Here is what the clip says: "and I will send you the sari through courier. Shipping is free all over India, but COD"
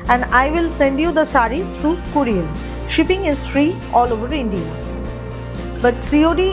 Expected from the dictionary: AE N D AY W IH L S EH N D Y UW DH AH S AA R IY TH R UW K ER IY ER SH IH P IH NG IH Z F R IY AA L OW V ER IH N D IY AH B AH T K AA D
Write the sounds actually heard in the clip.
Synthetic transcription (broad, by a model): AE N D AY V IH L S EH N D Y UW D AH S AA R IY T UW K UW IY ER SH IH P IH NG IH Z F R IY AA L OW V ER IH N D IY AH B AH T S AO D